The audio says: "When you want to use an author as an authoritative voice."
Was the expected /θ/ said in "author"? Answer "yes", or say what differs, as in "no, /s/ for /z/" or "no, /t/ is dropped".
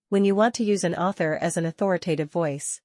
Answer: yes